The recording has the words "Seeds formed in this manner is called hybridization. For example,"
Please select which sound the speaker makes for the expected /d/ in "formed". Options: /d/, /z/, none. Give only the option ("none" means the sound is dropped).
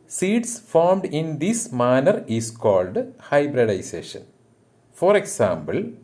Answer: /d/